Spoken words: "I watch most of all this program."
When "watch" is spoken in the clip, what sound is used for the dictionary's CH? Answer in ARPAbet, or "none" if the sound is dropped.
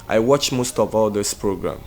CH